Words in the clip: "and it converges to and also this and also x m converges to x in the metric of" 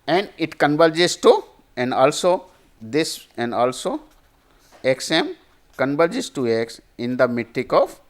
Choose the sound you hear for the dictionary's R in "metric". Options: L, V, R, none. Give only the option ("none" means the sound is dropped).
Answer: none